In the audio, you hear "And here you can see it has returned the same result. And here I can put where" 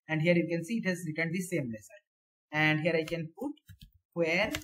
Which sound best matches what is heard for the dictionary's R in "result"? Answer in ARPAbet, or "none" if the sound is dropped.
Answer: L